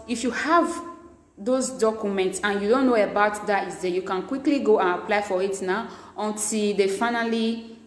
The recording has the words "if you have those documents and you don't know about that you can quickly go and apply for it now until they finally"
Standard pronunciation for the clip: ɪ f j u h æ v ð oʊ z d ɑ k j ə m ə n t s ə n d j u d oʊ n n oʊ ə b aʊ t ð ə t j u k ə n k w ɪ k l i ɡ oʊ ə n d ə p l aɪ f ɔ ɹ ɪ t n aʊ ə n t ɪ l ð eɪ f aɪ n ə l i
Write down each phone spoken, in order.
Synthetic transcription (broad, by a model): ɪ f j u h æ v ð oʊ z d ɑ k j ə m ə n t s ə n j u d oʊ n n oʊ ə b aʊ t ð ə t j u k ə n k w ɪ k l i ɡ oʊ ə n ə p l aɪ f ɔ ɹ ɪ t n aʊ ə n t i l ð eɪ f aɪ n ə l i